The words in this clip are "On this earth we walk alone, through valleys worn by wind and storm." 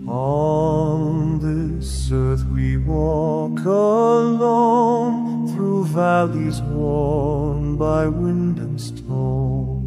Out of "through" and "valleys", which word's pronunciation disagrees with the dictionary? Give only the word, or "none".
none